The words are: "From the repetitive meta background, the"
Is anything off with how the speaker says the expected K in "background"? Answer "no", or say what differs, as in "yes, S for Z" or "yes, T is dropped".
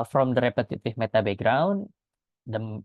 yes, K is dropped